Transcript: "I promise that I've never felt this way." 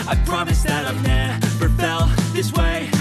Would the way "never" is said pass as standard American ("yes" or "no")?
no